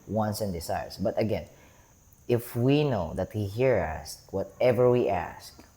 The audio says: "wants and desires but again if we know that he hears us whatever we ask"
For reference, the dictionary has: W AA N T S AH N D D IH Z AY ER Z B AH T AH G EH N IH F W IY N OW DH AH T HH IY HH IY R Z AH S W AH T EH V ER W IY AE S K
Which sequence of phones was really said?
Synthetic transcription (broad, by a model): W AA N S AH N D D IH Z AY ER S B AH T AH G EH N IH F W IY N OW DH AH T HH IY HH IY R AH S W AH T EH V ER W IY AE S K